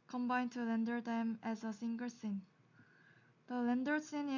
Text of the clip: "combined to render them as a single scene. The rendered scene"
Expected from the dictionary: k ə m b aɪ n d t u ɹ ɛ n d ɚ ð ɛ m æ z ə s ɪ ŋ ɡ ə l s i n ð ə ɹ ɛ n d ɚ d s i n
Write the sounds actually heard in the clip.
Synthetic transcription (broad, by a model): k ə m b aɪ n t u l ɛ n d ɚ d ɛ m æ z ə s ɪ ŋ ɡ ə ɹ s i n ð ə l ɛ n d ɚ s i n